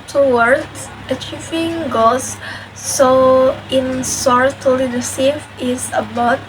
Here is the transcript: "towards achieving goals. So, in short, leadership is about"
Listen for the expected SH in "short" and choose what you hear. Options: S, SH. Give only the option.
S